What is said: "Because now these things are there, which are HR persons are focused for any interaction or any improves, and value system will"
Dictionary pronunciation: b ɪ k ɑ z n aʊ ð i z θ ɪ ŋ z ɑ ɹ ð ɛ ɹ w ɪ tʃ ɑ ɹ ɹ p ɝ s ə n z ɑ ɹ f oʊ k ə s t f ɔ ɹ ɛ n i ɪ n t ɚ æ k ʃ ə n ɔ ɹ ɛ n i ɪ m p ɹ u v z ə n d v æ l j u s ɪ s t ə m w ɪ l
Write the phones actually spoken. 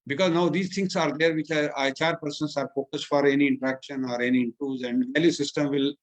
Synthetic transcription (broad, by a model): b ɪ k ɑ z n aʊ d i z t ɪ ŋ s ɑ ɹ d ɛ ɹ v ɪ tʃ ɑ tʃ ɹ p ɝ s ə n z ɑ ɹ f oʊ k ə s t f ɔ ɹ ɛ n i ɪ n t ɚ æ k ʃ ə n ɔ ɹ ɛ n i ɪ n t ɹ u z ə n d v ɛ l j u s ɪ s t ə m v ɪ l